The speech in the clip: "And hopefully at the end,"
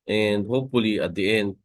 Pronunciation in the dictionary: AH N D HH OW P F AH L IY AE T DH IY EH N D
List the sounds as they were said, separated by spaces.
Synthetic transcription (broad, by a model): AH N D HH OW P F AH L IY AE T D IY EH N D